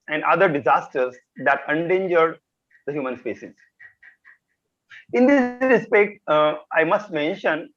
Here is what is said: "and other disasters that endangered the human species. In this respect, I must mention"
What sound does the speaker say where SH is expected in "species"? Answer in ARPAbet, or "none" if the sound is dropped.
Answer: S